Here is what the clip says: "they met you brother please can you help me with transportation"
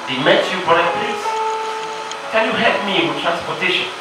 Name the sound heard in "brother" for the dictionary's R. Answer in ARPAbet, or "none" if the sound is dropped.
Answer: none